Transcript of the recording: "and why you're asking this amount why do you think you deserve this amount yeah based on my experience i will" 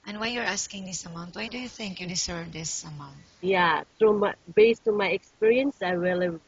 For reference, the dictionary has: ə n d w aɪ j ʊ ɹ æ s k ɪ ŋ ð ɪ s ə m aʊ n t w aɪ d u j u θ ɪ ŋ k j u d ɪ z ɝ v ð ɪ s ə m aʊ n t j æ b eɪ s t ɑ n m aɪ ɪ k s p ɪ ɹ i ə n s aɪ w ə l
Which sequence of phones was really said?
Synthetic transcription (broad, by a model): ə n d w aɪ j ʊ ɹ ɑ s k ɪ ŋ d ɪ s ə m aʊ n t w aɪ d u j u θ ɪ ŋ k j u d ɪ s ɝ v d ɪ s ə m aʊ n t j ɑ b eɪ s t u m aɪ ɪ k s p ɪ ɹ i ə n s aɪ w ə l